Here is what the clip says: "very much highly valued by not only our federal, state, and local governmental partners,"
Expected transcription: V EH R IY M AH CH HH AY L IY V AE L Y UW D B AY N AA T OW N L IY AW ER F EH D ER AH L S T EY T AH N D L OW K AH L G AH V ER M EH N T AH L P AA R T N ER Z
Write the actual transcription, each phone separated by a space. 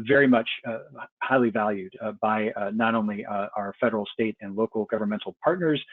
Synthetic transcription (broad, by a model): V EH R IY M AH CH HH AY L IY V AE L Y UW D B AY N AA T OW N L IY AW ER F EH D ER L S T EY T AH N L OW K L G AH V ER M EH N T L P AA R T N ER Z